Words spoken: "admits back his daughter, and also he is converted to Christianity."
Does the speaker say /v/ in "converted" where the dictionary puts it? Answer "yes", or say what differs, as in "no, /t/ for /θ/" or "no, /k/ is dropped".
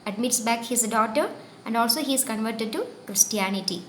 yes